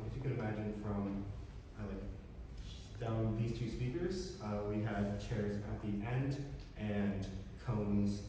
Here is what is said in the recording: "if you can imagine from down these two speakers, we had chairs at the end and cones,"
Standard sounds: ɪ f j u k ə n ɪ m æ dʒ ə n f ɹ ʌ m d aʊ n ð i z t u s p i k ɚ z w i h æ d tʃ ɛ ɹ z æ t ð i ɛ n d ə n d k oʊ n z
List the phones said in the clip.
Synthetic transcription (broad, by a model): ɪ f j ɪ k ə n ɪ m æ dʒ ə n f ɹ ʌ m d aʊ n ð i z t u s p i k ɚ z w i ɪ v tʃ ɛ ɹ z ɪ t ð i ɛ n d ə n k oʊ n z